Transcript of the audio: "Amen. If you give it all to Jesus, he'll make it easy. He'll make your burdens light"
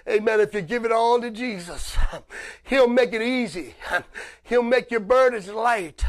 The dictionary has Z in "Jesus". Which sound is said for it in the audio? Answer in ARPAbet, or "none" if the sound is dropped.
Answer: Z